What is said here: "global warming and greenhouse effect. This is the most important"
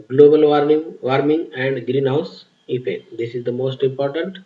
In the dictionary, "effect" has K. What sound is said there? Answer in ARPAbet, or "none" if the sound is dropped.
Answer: none